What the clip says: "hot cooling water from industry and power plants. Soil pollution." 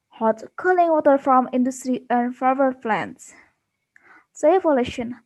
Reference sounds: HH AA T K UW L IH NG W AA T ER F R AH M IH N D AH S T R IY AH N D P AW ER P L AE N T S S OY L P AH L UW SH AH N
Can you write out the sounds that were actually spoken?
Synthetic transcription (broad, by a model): HH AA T K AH L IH NG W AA T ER F R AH M IH N D AH S T R IY AH N D F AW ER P L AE N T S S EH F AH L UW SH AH N